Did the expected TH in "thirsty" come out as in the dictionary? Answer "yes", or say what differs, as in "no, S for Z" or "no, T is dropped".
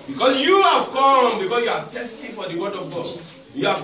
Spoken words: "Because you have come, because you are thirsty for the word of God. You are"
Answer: no, T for TH